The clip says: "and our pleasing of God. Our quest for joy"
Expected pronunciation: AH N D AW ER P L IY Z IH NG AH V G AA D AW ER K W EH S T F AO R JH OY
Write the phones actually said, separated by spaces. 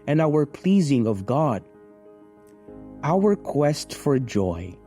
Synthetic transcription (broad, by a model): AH N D AW ER P L IY Z IH NG AH V G AA D AW ER K W EH S T F AO R JH OY